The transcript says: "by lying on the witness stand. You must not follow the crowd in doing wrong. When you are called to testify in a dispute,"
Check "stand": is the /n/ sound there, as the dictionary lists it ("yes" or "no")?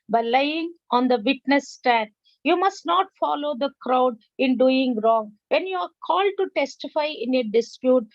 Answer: no